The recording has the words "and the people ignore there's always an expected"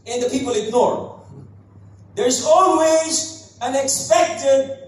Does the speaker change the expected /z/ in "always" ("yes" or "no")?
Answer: no